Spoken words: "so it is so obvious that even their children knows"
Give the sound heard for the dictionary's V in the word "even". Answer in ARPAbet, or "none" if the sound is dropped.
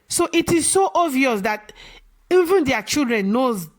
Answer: V